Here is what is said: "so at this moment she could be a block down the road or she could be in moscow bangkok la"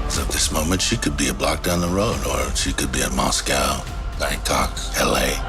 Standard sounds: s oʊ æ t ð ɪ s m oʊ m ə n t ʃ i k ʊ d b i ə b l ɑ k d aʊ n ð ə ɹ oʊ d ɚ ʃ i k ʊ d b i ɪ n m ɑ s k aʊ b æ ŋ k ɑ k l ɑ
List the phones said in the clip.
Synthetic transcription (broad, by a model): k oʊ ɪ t ð ɪ s m oʊ m ə n t ʃ i k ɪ d b i ə b l ɑ k d aʊ n ð ə ɹ oʊ d ɚ ʃ i k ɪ d b i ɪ m ɑ s k aʊ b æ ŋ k ɑ k l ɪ